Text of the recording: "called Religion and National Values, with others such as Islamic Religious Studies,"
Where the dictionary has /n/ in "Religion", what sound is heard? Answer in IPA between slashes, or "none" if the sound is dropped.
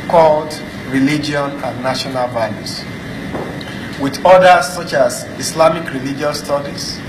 none